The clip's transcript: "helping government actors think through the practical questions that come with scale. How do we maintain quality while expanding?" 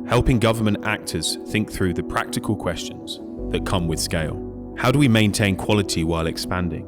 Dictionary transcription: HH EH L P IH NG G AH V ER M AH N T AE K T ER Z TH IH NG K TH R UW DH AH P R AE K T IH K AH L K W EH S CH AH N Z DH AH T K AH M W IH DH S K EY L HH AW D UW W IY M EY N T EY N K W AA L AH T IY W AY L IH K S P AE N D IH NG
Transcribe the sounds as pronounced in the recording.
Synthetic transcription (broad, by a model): HH EH L P IH NG G AH V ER M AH N T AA K T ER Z TH IH NG K TH R UW DH AH P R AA K T IH K AH L K W EH S CH AH N Z DH AH T K AH M W IH DH S K EY L HH AW D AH W IY M EY N T EY N K W AA L AH T IY W AY L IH K S P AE N D IH NG